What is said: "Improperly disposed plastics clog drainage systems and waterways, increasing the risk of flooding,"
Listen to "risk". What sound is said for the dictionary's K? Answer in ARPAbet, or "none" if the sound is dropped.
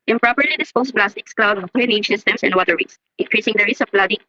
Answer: none